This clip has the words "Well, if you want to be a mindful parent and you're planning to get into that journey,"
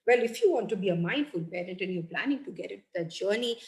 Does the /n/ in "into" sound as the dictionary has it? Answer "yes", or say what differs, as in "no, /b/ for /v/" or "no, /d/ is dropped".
no, /n/ is dropped